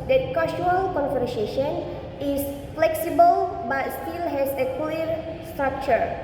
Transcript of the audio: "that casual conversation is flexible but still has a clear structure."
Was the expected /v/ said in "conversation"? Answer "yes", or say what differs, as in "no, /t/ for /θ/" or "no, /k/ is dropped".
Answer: no, /f/ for /v/